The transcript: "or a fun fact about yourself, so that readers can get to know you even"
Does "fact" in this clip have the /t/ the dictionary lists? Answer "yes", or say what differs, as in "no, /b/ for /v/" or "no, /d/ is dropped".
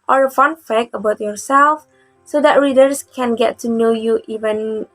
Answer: no, /t/ is dropped